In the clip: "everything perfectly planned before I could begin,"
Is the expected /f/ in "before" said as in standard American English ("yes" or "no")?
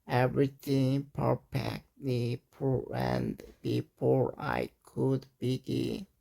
no